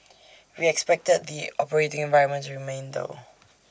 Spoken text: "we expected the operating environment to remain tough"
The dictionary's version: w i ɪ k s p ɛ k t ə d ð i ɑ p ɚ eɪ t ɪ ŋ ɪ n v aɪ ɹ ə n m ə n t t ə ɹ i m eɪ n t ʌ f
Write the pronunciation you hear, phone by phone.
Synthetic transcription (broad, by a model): w i ɪ k s p ɛ k t ə d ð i ɑ p ɚ eɪ t ɪ ŋ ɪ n v aɪ ɹ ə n m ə n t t ɹ i m eɪ n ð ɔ